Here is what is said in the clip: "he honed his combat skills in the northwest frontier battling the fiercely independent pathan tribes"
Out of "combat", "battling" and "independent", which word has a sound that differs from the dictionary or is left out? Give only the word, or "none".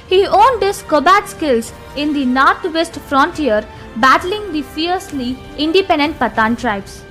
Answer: combat